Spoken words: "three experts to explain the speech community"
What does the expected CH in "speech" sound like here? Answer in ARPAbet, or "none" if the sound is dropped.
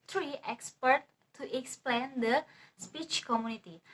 CH